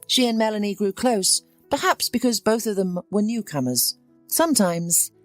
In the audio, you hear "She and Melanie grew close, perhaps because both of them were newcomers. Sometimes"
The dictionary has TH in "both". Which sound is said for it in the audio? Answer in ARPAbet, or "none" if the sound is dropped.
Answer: TH